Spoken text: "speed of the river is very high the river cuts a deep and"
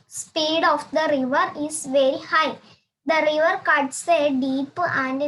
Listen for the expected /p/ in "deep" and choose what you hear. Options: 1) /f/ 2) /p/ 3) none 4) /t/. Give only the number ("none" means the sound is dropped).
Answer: 2